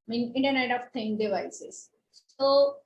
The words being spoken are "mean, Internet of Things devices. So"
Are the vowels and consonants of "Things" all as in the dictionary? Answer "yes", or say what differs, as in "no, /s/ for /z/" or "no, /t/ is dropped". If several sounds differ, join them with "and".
no, /t/ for /θ/ and /z/ is dropped